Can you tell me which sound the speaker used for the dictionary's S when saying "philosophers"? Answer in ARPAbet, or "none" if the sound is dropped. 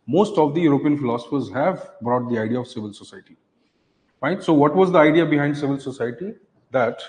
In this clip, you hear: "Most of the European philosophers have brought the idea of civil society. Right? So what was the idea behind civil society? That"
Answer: S